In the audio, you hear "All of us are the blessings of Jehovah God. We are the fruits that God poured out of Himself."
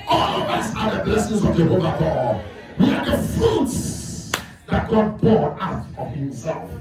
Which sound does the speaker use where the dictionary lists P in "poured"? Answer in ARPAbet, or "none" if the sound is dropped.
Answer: B